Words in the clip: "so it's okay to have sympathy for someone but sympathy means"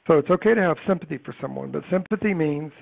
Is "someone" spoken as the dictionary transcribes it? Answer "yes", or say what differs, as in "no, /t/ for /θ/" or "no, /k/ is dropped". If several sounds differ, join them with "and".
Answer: yes